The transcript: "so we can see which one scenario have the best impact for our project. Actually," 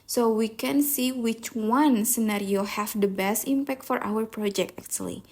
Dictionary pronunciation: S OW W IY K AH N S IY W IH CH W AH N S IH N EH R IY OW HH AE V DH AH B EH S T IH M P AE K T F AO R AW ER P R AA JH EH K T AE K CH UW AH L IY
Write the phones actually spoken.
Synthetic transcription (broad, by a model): S OW W IY K AH N S IY W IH CH W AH N S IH N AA R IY OW HH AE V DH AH B EH S T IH M P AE K T F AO R AW ER P R AA JH EH K T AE K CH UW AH L IY